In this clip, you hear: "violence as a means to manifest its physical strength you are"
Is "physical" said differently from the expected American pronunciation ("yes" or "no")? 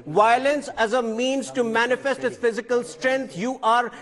no